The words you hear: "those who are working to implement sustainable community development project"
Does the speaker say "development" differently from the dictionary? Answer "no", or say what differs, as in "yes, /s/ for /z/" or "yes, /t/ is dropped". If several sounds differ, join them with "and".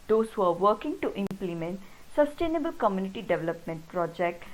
no